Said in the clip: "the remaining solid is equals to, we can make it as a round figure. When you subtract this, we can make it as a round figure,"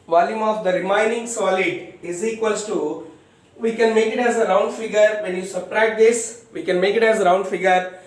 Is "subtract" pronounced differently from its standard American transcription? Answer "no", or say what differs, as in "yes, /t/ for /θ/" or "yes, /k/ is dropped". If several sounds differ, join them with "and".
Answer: yes, /k/ is dropped